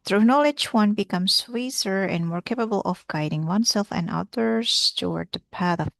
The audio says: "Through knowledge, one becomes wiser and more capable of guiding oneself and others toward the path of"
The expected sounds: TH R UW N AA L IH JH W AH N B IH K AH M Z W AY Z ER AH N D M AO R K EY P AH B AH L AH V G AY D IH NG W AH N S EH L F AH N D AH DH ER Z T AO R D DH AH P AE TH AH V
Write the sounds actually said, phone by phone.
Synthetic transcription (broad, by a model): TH R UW N AA L IH JH W AH N B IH K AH M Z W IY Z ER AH N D M AO R K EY P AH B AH L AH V G AY D IH NG W AH N S EH L F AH N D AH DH ER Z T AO R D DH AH P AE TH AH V